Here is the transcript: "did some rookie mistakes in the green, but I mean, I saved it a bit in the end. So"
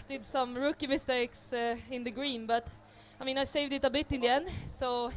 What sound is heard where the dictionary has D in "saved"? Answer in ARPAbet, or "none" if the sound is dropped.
D